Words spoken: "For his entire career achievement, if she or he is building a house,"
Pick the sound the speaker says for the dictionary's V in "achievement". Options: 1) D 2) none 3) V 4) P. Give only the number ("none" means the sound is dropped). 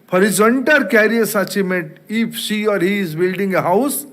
2